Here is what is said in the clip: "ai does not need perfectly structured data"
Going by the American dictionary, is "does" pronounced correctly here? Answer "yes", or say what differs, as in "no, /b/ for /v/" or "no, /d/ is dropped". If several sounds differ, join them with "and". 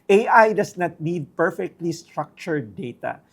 no, /s/ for /z/